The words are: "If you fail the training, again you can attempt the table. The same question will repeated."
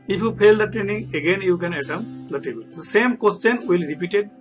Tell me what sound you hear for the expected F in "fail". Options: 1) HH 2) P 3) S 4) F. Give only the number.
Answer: 2